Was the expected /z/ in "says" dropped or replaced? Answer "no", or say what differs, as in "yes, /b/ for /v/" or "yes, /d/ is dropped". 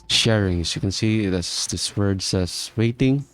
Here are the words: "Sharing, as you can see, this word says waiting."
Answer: yes, /s/ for /z/